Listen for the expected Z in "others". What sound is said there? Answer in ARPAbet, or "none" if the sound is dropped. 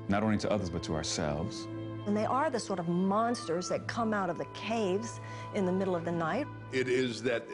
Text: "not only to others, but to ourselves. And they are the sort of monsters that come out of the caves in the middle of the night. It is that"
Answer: Z